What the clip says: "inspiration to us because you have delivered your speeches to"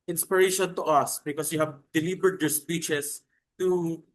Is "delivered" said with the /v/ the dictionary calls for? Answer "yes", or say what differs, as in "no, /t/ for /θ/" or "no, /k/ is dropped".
no, /b/ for /v/